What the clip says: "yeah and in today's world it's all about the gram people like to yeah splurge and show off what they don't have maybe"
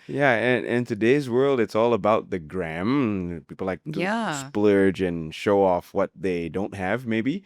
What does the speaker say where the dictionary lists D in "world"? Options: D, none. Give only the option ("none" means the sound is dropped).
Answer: D